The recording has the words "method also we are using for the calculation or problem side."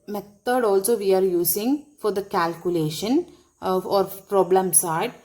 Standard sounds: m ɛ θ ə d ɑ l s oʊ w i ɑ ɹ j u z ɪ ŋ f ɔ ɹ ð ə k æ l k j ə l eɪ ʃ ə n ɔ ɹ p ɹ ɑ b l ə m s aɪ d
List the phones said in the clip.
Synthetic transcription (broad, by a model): m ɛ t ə d ɑ l s oʊ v i ɑ ɹ j u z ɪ ŋ f ɔ ɹ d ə k æ l k j ə l eɪ ʃ ə n ɔ ɹ p ɹ ɑ b l ə m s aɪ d